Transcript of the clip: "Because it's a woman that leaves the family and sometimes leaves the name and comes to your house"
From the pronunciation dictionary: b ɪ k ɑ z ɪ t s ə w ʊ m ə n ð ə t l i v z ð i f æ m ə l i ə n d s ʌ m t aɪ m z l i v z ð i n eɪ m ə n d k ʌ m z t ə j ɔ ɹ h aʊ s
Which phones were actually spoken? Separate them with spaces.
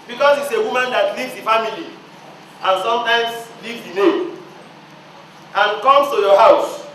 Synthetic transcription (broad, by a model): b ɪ k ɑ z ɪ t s ə w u m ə n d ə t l i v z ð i f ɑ m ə l i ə n s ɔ m t aɪ m s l i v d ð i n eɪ ə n k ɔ m s t ə j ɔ h aʊ s